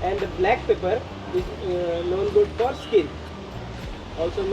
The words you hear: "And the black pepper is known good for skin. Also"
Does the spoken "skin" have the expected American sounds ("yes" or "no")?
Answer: no